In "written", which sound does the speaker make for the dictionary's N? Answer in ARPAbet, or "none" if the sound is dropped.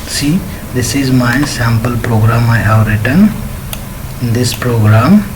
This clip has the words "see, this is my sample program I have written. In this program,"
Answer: N